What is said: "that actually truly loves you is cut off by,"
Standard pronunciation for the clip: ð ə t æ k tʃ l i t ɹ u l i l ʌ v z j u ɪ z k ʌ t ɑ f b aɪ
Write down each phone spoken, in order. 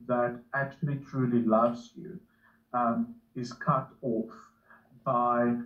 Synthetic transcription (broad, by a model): ð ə t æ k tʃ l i t ɹ u l i l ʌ v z j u ɪ z k ʌ t ɑ f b aɪ